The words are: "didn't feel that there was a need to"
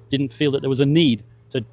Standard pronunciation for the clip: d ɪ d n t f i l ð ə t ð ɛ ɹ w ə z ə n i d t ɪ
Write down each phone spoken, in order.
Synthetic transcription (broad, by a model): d ɪ d n t f i l ð ə t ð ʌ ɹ w ə z ə n i d t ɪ